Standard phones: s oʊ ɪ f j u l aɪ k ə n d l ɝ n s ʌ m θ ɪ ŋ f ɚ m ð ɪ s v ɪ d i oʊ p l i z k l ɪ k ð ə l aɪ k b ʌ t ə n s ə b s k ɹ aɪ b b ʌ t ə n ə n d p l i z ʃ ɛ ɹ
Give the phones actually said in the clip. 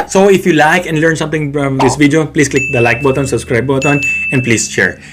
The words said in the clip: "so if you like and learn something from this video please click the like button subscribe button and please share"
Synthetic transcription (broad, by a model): s oʊ ɪ f j u l aɪ k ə n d l ɝ n s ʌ m t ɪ ŋ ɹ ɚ m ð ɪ s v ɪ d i oʊ p l i s k l ɪ k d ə l aɪ k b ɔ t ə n s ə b s k ɹ aɪ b b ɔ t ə n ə n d p l i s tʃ ɛ ɹ